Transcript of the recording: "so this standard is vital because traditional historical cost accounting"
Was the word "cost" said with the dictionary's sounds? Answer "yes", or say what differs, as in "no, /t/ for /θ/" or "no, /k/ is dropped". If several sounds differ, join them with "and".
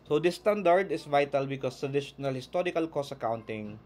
no, /t/ is dropped